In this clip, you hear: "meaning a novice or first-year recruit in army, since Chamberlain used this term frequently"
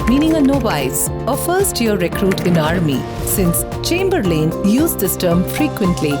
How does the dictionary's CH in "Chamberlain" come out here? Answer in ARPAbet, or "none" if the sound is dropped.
CH